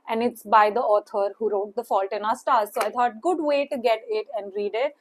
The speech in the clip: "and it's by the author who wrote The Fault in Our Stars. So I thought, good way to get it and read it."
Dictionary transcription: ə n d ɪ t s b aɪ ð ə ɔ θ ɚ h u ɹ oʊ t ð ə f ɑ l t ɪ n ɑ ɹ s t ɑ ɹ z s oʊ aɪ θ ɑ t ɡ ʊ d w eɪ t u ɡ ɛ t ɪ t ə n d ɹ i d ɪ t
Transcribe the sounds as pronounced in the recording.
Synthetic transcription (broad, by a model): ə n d ɪ t s b aɪ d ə ɔ t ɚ h u ɹ oʊ t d ə f ɑ l t ɪ n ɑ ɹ s t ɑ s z s oʊ aɪ t ɑ t ɡ ʊ d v eɪ t u ɡ ɛ t ɪ t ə n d ɹ i d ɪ t